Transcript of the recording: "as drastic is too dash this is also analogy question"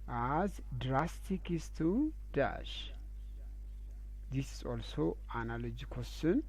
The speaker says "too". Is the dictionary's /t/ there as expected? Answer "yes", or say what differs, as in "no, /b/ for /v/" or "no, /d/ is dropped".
yes